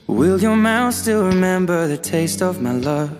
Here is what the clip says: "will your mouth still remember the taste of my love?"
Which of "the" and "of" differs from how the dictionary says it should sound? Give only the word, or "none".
none